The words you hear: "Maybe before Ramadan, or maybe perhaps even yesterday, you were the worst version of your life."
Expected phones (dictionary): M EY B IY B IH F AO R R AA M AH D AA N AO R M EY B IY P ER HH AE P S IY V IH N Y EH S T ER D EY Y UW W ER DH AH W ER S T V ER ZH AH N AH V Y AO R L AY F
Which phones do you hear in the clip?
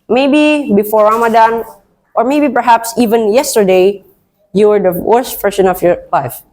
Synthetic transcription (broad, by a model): M EY B IY B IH F AO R R AA M AH D AA N AO R M EY B IY P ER HH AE P S IY V IH N Y EH S T ER D EY Y UW W ER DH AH W ER S T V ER SH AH N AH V Y AO R L AY F